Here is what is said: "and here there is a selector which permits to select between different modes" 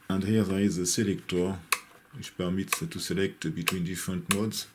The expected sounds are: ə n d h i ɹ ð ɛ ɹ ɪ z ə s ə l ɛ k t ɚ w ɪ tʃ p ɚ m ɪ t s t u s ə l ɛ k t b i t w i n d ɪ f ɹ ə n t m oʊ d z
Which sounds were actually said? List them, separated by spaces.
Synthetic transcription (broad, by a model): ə n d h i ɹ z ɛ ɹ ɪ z ə s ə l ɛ k t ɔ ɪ ʃ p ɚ m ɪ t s t u s ə l ɛ k t b i t w i n d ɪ f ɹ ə n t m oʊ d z